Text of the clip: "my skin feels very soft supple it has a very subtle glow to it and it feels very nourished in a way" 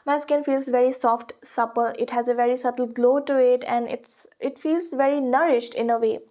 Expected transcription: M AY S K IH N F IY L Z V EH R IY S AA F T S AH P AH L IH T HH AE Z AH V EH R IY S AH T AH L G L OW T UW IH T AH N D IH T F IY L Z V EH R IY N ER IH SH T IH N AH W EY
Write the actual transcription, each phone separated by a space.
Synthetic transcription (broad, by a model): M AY S K IH N F IY L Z V EH R IY S AA F T S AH P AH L IH T HH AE Z AH V EH R IY S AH T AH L G L OW T UW IH T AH N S IH T F IY L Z V EH R IY N ER IH SH T IH N AH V EY